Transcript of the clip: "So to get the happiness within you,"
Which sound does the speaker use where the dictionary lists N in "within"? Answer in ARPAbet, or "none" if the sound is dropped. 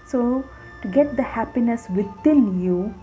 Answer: L